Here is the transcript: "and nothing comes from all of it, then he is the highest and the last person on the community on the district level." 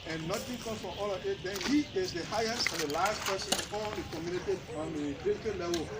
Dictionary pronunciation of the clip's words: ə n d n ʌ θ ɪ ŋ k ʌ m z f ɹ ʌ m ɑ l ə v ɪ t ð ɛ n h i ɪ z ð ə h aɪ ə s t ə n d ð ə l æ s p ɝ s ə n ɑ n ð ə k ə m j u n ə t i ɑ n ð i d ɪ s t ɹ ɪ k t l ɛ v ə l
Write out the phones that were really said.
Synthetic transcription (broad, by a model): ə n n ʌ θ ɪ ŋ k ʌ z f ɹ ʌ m ɑ l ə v ɪ t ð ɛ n h i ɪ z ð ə h aɪ ə s t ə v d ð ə l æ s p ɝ s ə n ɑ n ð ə k ə m j u n ə t i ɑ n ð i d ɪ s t ɪ l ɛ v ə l